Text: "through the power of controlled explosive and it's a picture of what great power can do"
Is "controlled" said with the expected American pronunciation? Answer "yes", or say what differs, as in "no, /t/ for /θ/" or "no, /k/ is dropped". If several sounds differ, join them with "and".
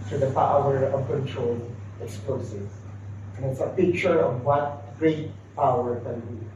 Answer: no, /d/ is dropped